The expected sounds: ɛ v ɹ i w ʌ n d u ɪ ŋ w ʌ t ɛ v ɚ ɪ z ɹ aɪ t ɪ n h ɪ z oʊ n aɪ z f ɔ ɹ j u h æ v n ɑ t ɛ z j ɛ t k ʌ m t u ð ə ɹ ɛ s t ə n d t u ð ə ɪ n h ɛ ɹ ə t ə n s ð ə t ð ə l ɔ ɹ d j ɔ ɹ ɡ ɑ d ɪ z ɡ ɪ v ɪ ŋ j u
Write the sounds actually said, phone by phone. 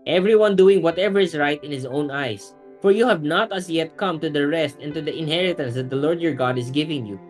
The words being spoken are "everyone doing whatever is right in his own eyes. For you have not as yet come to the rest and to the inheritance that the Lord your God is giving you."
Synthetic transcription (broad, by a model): ɛ v ɹ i w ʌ n d u ɪ ŋ w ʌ t ɛ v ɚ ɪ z ɹ aɪ t ɪ n h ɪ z oʊ n aɪ s f ɔ ɹ j u h æ v n ɑ t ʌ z j ɛ t k ʌ m t u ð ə ɹ ɛ s t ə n t u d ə ɪ n h ɛ ɹ ə t ə n s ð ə t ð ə l ɔ ɹ d j ɔ ɹ ɡ ɑ d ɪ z ɡ ɪ v ɪ ŋ j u